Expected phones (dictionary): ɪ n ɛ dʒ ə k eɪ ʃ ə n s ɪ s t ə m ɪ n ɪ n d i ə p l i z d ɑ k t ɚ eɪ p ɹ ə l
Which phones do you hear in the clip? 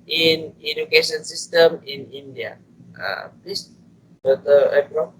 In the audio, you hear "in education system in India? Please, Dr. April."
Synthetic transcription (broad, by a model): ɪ n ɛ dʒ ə k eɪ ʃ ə n s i s t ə m ɪ n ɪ n d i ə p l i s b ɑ t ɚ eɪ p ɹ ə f